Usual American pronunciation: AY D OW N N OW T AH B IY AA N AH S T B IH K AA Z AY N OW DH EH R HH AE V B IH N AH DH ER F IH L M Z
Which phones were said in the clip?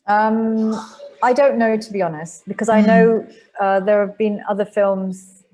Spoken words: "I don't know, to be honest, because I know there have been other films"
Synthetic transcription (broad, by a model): AY D OW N N OW T AH B IY AA N AH S T B IH K AA Z AY N OW DH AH R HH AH V B IH N AH DH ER F IH L M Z